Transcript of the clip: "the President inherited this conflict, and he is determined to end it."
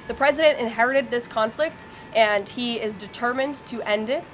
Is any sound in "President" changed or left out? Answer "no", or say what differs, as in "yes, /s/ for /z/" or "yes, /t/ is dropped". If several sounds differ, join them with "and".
no